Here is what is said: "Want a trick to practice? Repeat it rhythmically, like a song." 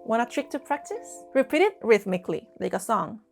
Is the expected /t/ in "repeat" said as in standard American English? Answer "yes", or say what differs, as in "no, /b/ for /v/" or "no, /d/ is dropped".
yes